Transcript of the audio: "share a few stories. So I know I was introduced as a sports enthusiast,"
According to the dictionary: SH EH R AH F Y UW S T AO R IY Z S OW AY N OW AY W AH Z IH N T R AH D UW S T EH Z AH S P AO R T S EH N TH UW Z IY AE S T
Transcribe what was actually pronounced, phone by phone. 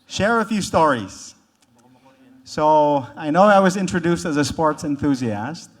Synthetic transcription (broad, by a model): SH EH R AH F Y UW S T AO R IY Z S OW AY N OW AY W AH Z IH N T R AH D UW S T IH Z AH S P AO R T S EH N TH UW Z IY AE S T